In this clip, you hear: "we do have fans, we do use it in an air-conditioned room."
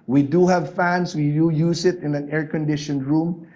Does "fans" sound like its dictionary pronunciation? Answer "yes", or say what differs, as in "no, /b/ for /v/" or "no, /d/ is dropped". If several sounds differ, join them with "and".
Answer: no, /s/ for /z/